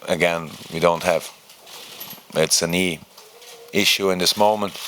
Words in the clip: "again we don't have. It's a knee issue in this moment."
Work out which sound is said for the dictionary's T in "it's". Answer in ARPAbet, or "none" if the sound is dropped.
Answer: T